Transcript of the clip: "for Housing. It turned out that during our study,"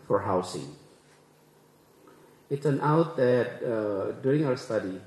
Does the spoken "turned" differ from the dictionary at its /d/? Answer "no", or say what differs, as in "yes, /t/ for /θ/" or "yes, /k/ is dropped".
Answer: yes, /d/ is dropped